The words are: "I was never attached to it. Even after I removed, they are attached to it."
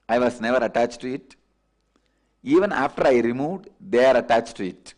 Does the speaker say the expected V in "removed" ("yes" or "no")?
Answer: yes